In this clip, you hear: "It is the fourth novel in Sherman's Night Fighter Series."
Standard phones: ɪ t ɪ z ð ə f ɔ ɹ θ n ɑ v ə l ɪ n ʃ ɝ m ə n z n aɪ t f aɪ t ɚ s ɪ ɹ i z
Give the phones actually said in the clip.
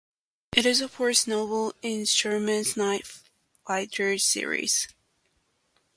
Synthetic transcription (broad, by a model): ɪ t ɪ z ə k ɔ ɹ s n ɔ ə l ɪ n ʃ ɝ m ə n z n aɪ t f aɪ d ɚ s ɪ ɹ i z